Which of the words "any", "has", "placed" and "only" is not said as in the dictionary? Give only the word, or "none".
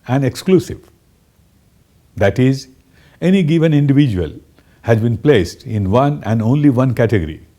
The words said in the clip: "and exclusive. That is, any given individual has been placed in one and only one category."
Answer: none